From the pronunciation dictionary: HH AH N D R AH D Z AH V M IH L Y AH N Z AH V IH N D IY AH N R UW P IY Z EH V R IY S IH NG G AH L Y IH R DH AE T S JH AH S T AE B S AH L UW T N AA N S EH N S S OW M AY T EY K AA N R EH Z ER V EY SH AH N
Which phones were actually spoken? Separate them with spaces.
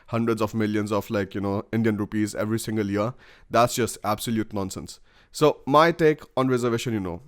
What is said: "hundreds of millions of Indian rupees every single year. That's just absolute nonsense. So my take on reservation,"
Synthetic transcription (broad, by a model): HH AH N D R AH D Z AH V M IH L Y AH N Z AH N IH N D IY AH N R UW P IY Z EH V R IY S IH NG G AH L Y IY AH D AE T S JH AH S T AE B S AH L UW T N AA N S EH N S S OW M AY T EY K AA N R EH Z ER V EY SH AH N